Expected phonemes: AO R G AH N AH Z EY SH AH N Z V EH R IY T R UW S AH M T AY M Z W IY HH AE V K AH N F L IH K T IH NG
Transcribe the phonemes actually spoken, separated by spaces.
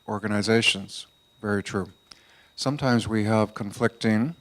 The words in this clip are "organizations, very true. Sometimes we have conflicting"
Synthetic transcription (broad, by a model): AO R G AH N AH Z EY SH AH N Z V EH R IY T R UW S AH M T AY M Z W IY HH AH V K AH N F L IH K T IH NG